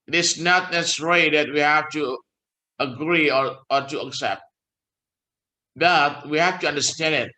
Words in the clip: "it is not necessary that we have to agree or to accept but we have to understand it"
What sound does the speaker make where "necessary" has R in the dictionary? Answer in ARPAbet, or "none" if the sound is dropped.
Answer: none